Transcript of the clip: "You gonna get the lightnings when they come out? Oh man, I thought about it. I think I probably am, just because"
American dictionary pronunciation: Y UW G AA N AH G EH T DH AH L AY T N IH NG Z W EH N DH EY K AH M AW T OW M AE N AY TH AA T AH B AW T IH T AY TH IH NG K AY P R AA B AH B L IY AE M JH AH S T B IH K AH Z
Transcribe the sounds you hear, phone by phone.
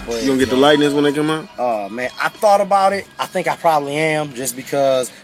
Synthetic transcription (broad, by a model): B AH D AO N G EH T DH AH L AY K N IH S W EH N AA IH K AH M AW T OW M AE N AY TH AA T AH B AW T IH T AY TH IH NG K AY P R AA B AH B L IY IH M JH AH S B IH K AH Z